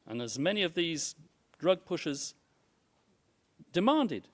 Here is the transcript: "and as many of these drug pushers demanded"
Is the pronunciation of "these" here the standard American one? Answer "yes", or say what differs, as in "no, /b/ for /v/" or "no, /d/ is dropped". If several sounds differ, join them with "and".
yes